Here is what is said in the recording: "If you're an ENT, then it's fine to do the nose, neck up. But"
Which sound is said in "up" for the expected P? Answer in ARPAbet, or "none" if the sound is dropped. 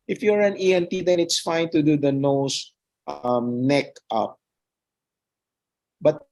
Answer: P